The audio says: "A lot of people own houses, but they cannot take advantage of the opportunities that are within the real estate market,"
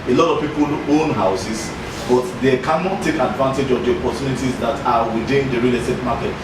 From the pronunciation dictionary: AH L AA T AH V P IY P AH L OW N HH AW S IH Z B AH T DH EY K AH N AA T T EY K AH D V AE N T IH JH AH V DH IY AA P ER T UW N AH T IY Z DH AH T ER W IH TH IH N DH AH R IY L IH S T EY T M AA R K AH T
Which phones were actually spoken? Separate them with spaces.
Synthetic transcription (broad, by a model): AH L AA T AH V P IY P AH L OW N HH AW S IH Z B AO T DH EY K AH N AA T T EY K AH D V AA N T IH JH AH V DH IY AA P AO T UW N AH T IY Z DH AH T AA W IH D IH N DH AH R IY L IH T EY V M AA K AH T